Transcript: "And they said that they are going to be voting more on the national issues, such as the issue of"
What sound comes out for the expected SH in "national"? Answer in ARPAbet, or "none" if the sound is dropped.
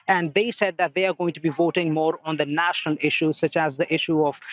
SH